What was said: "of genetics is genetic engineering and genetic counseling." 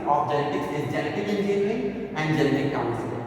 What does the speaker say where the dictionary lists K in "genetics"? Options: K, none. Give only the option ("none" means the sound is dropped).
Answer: K